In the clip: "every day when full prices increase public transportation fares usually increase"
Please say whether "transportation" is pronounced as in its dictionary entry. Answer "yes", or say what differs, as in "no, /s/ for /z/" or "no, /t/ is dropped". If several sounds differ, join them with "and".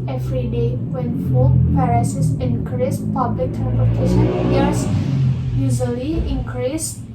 no, /s/ is dropped